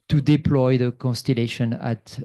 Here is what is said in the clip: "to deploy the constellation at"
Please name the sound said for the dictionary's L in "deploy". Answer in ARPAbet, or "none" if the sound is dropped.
L